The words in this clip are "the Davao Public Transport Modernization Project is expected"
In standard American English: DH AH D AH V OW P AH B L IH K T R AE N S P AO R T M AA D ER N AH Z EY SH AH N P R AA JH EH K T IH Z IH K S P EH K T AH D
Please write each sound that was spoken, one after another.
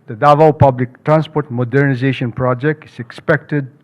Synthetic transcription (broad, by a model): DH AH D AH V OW P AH B L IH K T R AE N S P AO R T M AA D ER N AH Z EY SH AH N P R AA JH EH K T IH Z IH K S P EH K T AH D